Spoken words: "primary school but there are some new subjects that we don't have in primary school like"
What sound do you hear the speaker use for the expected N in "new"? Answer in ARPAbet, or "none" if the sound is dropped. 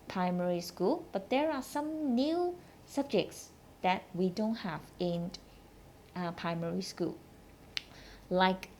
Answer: N